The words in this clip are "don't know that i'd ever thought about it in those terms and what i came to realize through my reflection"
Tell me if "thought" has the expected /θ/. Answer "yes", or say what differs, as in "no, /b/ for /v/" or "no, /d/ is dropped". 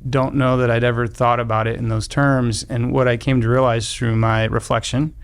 yes